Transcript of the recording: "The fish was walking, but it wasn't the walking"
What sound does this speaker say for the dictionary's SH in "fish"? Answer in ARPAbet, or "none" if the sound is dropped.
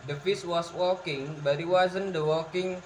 S